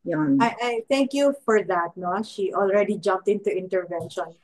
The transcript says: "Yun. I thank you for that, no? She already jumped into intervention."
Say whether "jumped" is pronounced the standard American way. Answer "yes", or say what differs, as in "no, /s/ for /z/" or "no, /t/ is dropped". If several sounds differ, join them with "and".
yes